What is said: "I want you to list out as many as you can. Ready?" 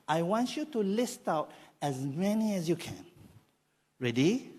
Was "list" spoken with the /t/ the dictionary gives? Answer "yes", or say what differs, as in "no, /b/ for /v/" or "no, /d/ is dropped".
yes